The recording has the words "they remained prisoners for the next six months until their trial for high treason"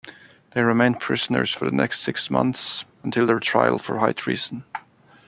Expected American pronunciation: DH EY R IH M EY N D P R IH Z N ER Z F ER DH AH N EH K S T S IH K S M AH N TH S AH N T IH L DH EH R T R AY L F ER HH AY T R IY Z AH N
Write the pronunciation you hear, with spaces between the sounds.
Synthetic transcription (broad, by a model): DH EY R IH M EY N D P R IH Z N ER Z F ER DH AH N EH K S T S IH K S M AH N TH S AH N T IH L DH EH R T R AY L F ER HH AY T R IY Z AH N